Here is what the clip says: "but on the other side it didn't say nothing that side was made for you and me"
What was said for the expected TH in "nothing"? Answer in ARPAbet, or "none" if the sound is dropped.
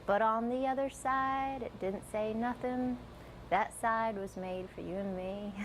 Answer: TH